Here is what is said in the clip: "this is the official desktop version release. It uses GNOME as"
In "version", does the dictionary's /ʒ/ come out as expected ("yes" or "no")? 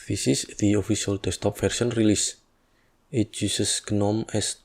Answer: no